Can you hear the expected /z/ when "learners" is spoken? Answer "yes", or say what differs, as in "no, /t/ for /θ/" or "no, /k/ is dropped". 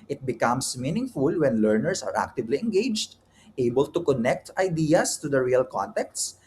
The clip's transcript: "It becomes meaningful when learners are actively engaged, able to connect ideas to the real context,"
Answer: no, /s/ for /z/